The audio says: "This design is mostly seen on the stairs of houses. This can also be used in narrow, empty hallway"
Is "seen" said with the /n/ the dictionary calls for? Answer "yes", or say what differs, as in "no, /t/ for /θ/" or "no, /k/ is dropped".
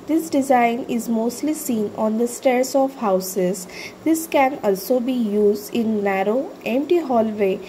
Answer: yes